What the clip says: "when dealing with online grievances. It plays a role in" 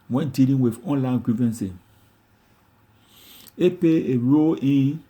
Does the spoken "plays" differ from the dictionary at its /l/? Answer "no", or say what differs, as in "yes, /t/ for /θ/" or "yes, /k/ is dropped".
yes, /l/ is dropped